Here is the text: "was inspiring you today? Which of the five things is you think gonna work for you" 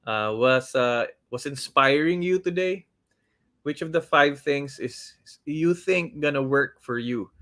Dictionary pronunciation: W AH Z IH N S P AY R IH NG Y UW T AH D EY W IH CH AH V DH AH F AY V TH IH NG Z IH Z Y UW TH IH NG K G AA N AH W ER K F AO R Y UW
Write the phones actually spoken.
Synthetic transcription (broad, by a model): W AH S IH N S P AY R IH NG Y UW T AH D EY W IH CH AH V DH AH F AY V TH IH NG S IH S Y UW TH IH NG K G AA N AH W ER K F AO R Y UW